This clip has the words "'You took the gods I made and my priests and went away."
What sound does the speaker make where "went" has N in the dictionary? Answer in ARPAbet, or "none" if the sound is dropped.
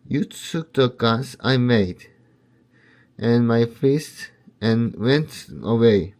N